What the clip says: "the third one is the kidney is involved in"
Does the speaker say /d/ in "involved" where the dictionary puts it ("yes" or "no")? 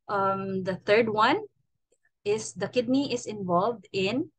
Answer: yes